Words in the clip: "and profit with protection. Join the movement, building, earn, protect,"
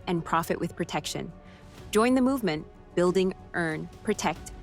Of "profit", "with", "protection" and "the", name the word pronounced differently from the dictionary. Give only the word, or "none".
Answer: none